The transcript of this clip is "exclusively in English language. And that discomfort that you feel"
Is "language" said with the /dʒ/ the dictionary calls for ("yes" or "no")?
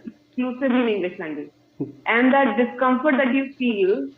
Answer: no